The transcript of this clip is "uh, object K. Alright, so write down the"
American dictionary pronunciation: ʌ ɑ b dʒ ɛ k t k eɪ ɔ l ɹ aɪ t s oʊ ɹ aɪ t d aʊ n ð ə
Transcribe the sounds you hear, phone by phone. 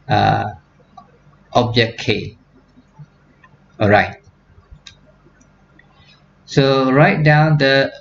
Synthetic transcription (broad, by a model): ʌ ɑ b dʒ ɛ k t k eɪ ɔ ɹ aɪ t s oʊ ɹ aɪ t d aʊ n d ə